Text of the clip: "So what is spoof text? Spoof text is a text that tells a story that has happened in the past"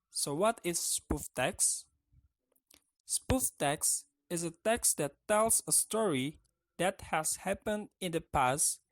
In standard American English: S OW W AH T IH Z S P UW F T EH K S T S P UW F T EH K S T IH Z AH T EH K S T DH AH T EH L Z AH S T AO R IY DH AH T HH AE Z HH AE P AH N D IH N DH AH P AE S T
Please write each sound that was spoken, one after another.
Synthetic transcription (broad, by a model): S OW W AH T IH Z S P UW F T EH K S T S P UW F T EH K S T IH Z AH T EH K S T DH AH T EH L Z AH S T AO R IY DH AH T HH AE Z HH AE P AH N D IH N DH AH P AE S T